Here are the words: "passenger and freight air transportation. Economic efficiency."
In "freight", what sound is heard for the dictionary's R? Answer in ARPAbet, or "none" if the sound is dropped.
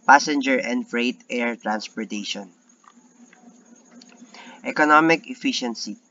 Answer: R